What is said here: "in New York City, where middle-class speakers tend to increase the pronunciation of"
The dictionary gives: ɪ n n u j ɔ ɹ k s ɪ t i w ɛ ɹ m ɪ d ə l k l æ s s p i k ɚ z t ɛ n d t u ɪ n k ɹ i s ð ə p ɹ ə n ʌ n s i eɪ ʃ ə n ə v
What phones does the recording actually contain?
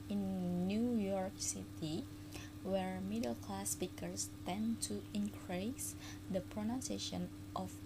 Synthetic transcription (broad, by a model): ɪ n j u j ɔ ɹ k s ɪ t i w ɛ ɹ m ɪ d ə l k l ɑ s s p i k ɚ s t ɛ n t u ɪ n k ɹ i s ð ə p ɹ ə n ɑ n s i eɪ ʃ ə n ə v